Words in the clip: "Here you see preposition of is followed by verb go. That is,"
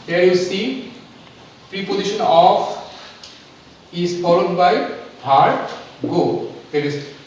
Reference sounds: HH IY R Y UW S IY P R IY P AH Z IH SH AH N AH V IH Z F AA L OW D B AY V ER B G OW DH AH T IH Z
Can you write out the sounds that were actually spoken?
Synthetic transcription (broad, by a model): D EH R Y UW S IY P R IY P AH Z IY SH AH N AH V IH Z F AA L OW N B AY B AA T G OW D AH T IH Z